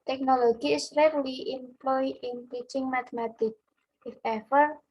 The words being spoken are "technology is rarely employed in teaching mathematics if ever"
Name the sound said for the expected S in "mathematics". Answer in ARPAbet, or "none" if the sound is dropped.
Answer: none